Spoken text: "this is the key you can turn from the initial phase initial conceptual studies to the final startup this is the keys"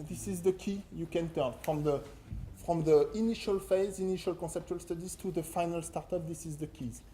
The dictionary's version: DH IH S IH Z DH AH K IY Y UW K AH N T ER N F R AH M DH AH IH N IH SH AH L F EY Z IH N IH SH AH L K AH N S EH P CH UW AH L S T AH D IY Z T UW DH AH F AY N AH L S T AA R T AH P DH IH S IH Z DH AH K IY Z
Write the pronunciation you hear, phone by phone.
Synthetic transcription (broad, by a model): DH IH S IH Z DH AH K IY Y UW K AH N T ER N F R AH M DH AH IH N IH SH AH L F EY Z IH N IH SH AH L K AH N S EH P CH UW AH L S T AH D IY Z T UW DH AH F AY N AH L S T AA R T AH P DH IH S IH Z DH AH K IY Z